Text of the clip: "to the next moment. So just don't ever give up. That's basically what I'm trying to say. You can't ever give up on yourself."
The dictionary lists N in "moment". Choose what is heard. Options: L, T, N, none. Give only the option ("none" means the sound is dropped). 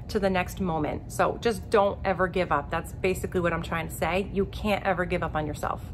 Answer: N